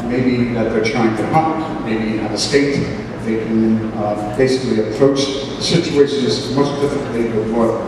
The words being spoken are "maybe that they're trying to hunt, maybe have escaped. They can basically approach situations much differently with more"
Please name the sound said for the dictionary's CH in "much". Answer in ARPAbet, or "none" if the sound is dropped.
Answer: S